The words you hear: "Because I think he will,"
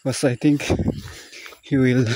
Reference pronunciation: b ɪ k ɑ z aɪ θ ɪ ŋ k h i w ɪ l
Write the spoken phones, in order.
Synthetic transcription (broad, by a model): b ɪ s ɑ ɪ t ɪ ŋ k h i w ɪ l